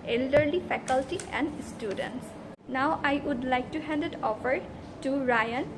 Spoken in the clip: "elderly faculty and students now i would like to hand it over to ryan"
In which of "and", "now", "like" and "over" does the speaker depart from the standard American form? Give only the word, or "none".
over